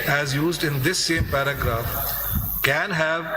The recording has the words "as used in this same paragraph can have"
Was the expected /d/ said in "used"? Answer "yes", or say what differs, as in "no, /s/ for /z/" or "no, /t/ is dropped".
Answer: yes